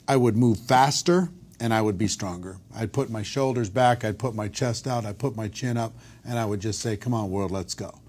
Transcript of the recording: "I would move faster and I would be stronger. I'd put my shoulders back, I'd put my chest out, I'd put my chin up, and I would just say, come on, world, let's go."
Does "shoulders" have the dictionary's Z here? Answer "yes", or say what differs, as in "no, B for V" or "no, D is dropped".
yes